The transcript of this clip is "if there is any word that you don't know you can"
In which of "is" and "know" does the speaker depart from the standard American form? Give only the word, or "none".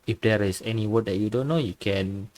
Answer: is